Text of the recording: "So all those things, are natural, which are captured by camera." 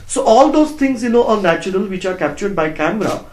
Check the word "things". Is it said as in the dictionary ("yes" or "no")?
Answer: no